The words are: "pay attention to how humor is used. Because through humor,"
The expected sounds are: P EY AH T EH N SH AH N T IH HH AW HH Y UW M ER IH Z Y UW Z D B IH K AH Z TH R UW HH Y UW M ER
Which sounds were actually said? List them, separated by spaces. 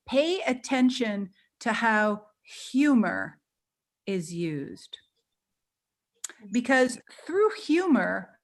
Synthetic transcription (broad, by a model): P EY AH T EH N SH AH N T IH HH AW HH Y UW M ER IH Z Y UW Z D B IH K AH Z TH R UW HH Y UW M ER